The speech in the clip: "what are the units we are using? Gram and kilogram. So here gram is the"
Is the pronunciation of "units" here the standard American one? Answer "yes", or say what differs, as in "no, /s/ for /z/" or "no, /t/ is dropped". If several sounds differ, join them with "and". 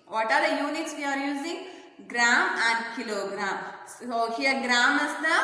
yes